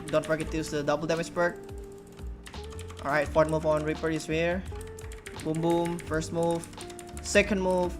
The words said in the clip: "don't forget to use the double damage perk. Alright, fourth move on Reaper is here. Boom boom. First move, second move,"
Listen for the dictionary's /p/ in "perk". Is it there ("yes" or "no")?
no